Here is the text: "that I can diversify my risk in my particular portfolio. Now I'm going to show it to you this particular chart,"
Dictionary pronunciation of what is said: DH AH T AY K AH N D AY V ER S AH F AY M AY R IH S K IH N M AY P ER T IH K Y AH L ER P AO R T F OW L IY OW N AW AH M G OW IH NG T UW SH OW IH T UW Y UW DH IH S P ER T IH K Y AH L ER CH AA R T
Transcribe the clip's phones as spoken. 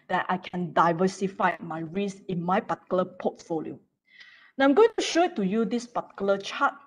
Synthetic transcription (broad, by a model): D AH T AY K AH N D AY V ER S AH F AY M AY R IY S IH N M AY P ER T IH K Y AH L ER P AO T F OW L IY OW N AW AH M G OW IH NG T UW SH OW IH T UW Y UW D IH S P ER T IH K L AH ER CH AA T